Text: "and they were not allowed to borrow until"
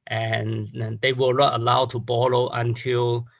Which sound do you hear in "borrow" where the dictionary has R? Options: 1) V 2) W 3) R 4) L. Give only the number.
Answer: 4